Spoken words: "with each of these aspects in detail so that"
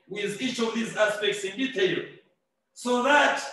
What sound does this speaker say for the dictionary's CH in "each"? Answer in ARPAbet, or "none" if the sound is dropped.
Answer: CH